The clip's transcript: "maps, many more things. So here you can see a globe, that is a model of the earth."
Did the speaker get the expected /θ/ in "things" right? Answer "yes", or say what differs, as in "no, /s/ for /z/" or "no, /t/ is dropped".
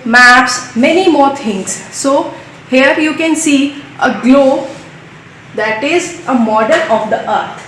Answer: no, /t/ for /θ/